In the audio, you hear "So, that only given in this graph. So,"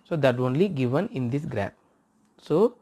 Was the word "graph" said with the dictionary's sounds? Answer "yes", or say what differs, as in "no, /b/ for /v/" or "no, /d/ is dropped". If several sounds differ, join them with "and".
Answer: no, /p/ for /f/